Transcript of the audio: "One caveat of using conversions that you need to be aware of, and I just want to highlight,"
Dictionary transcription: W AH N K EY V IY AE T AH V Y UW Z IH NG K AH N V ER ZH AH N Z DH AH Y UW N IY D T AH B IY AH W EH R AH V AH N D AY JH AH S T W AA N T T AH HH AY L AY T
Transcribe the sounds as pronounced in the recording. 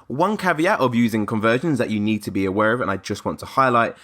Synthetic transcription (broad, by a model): W AH N K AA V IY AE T AH V Y UW Z IH NG K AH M V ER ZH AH N Z DH AH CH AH N IY D T AH B IY AH W EH R AH V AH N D AY JH AH S T W AA N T T AH HH AY L AY T